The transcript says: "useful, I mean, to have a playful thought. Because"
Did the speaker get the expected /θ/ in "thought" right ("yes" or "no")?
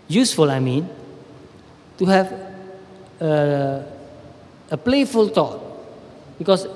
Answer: no